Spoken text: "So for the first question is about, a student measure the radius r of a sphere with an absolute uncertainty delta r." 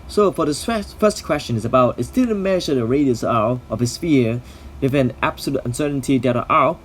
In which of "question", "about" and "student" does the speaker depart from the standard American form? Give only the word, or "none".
student